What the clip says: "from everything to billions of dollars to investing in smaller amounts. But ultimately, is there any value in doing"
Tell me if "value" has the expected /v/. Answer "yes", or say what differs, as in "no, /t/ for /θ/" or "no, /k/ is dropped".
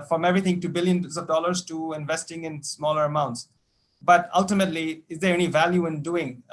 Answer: yes